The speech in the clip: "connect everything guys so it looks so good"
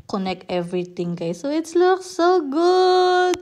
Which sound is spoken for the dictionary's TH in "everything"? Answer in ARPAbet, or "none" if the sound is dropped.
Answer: T